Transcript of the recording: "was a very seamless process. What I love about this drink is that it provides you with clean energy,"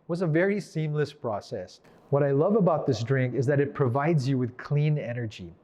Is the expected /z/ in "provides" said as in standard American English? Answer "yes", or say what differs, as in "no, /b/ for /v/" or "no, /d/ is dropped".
yes